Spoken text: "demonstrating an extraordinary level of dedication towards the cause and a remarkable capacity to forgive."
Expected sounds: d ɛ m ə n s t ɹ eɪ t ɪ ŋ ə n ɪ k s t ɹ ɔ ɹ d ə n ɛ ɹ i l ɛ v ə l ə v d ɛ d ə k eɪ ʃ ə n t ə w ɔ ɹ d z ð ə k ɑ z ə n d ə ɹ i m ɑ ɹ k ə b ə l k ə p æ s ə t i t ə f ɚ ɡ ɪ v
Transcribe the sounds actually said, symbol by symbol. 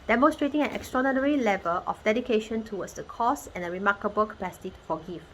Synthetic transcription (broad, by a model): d ɛ m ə n s t ɹ eɪ t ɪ ŋ ə n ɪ k s t ɹ ɔ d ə n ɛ ɹ i l ɛ v ə l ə f d ɛ d ə k eɪ ʃ ə n t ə w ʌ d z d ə k ɑ s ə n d ə ɹ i m ɑ k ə b ə l k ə p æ s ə t i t f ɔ ɡ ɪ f